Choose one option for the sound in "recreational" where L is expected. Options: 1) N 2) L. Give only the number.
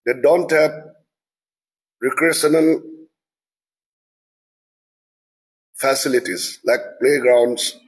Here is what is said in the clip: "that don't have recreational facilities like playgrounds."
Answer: 1